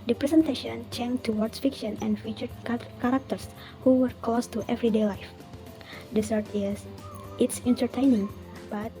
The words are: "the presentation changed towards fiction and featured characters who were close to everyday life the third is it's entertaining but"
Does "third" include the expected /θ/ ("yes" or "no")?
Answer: no